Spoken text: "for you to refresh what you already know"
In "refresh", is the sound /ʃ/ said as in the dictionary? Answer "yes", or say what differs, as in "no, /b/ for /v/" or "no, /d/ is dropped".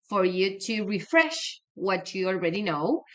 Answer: yes